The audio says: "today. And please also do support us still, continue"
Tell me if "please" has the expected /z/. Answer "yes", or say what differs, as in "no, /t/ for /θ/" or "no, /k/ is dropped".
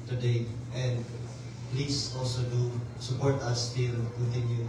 no, /s/ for /z/